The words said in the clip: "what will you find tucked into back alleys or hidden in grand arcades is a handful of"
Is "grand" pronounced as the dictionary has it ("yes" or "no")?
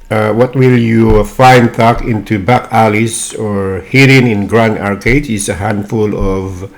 no